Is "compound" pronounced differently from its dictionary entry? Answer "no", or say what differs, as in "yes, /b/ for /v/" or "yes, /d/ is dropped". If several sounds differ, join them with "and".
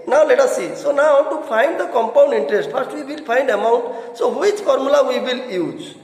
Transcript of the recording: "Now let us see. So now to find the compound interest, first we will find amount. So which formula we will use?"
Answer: no